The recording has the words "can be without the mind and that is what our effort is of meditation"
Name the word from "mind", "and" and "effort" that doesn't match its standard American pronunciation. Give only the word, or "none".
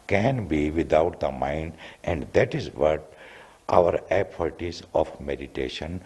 effort